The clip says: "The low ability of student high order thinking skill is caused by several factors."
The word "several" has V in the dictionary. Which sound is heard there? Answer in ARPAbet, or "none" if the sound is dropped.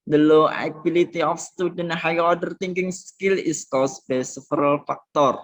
F